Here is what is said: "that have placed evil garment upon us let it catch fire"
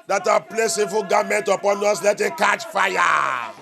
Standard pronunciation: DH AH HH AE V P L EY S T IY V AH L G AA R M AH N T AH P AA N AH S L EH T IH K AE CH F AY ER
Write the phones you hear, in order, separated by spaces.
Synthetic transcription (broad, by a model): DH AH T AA P L EY S IY F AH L G AA M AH N T AH P AA N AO S L EH T IH K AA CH F AY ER